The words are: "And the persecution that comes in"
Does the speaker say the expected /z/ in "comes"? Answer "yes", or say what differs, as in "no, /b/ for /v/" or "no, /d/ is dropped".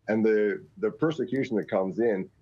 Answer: yes